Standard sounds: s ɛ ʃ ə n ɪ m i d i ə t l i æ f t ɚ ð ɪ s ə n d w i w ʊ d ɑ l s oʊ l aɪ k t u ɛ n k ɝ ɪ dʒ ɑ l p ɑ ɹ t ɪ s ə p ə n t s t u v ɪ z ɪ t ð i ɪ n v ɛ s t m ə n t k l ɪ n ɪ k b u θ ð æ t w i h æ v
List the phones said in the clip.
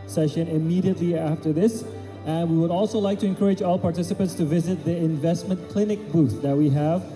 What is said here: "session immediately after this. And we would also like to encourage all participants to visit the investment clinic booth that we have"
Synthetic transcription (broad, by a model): s ɛ ʃ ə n ɪ m i d i ə t l i æ f t ɚ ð ɪ s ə n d w i w ʊ d ɑ l s oʊ l aɪ k t u ɛ n k ɝ ɪ dʒ ɑ l p ɑ ɹ t ɪ s ə p ə n t s t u v ɪ z ɪ t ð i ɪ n v ɛ s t m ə n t k l ɪ n ɪ k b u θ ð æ t w i h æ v